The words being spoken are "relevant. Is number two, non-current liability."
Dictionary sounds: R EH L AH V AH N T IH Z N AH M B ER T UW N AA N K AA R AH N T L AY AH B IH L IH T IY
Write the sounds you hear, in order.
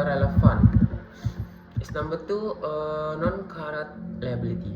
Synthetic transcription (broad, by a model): R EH L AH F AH N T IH S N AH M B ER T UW N AA N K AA R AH T L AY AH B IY L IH T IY